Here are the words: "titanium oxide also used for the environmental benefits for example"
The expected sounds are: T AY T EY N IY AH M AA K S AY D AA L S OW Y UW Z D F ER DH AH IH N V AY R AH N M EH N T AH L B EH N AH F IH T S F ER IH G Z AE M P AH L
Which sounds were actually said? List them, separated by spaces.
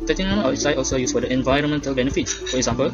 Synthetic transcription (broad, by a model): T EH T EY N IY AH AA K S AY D AA L S OW Y UW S F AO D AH IH N V AY R AH N M EH N T AH L B EH N AH F IH T S F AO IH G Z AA M P AH L